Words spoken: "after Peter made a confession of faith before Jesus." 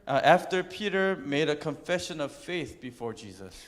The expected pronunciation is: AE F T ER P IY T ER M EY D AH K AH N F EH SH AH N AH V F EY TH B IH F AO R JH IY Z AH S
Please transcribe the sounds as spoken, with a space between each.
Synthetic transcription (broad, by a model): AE F T ER P IY T ER M EY D AH K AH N F EH SH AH N AH V F EY TH B IH F AO R JH IY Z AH S